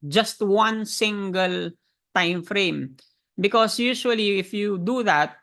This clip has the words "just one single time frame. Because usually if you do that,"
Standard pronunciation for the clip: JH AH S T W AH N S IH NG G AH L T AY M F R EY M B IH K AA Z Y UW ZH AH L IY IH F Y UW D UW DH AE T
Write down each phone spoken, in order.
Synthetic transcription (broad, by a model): JH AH S T W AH N S IH NG G AH L T AY M F R EY M B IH K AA S Y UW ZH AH L IY IH F Y UW D UW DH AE T